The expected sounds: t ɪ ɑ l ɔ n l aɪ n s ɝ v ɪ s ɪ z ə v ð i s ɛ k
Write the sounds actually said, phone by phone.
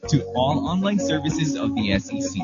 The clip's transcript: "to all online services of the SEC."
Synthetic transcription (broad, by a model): t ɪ ɑ l ɔ n l aɪ n s ɝ v ɪ s ɪ z ə v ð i s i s